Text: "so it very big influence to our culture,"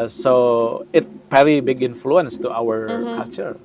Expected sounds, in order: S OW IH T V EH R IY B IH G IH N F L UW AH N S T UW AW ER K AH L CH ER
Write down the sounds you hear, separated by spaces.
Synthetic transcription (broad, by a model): S OW IH T P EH L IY B IH G IH N F L UW AH N S T UW AW ER K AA L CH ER